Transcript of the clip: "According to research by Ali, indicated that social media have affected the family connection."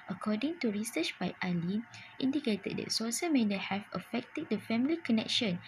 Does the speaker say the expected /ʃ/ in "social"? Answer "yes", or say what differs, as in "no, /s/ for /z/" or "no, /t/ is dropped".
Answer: no, /s/ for /ʃ/